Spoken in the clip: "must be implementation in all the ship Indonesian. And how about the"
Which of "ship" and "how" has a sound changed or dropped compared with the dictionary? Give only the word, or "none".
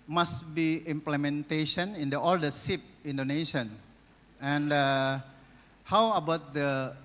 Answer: ship